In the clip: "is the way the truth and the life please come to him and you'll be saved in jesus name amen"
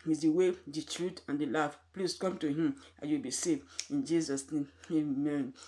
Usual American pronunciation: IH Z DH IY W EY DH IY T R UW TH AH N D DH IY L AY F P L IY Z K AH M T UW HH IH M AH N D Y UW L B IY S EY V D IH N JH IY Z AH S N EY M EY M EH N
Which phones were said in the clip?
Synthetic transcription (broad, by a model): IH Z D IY W EY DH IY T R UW T AH N D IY L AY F P L IY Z K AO M T UW HH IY M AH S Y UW W B IY S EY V IH N JH IY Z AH S N EY M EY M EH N